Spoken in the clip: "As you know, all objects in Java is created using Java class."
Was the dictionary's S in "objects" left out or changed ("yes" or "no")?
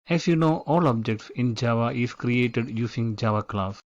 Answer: no